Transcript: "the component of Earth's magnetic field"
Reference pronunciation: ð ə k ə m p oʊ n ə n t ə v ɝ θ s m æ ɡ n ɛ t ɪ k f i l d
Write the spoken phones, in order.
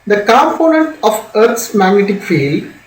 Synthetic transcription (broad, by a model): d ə k ə m p oʊ n ə n t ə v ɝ t s m æ ɡ n ɛ t ɪ k f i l d